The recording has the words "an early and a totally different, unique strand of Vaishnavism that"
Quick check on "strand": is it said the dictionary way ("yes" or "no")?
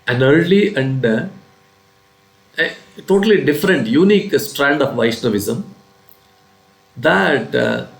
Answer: yes